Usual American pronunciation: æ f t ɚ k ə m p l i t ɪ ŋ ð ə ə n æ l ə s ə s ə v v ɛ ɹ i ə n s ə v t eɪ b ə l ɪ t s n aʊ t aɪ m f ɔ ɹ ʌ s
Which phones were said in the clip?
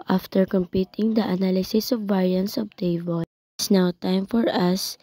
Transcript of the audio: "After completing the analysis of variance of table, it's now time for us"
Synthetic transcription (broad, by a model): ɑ f t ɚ k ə m p i t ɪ ŋ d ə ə n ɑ l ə s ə s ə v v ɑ ɹ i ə n s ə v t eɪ ə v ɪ s n aʊ t aɪ m f ɔ ɹ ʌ s